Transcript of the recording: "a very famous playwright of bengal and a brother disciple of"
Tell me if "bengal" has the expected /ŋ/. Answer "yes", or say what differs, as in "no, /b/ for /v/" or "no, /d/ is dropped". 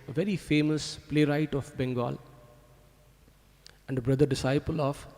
yes